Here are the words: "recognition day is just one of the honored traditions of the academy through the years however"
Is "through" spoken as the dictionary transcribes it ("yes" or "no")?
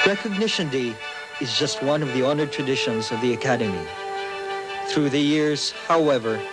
yes